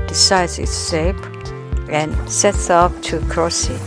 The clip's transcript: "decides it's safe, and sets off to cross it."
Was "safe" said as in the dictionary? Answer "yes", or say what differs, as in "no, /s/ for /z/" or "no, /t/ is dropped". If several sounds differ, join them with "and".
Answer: no, /p/ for /f/